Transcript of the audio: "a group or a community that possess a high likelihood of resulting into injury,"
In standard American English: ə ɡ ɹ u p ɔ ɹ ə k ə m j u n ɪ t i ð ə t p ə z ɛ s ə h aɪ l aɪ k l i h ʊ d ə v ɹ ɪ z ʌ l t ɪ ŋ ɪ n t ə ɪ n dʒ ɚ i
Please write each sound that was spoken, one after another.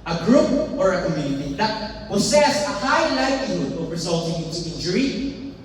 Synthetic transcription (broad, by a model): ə ɡ ɹ u p ɔ ɹ ə k ə m j u n ɪ t i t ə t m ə s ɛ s ə h aɪ l aɪ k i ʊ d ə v ɹ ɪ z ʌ l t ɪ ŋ ɪ n t ə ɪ n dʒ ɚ i